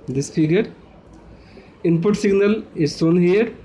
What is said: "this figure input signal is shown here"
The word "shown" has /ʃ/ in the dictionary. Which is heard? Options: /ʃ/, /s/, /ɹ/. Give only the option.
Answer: /s/